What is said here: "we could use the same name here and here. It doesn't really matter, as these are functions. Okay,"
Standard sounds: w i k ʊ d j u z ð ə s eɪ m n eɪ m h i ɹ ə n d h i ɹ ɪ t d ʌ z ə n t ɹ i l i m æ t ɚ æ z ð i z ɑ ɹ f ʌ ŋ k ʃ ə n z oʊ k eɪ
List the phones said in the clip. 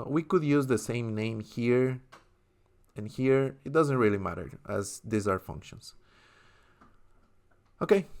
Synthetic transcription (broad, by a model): w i k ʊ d j u z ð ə s eɪ m n eɪ m h i ɹ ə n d h i ɹ ɪ t d ʌ z ə n t ɹ i l i m æ t ɚ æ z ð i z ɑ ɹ f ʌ ŋ k ʃ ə n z oʊ k eɪ